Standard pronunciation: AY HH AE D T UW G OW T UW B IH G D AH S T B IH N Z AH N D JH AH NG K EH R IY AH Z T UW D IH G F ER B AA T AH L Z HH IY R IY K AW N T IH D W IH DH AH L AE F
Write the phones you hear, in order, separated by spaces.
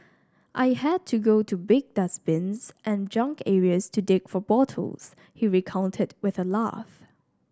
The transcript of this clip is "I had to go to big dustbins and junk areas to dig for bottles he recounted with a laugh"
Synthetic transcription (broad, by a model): AY HH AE D T UW G OW T UW B IH G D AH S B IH N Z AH N JH AH NG K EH R IY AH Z T UW D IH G F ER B AA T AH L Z HH IY R IY K AW N T IH D W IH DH AH L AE F